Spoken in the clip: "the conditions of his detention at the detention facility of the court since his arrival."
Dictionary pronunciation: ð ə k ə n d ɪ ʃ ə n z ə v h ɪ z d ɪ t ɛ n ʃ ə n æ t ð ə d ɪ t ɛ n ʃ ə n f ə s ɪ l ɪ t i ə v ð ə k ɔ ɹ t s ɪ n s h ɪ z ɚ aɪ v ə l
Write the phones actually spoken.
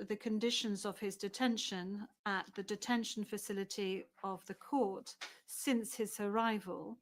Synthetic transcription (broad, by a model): ð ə k ə n d ɪ ʃ ə n z ə v ɪ z d ɪ t ɛ n ʃ ə n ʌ t ð ə d ɪ t ɛ n ʃ ə n f ə s ɪ l ɪ t i ə v ð ə k ɔ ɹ t s ɪ n s h ɪ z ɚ aɪ v ə l